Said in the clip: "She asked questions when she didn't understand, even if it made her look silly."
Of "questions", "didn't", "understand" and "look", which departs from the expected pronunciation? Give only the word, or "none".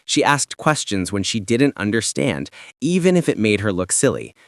none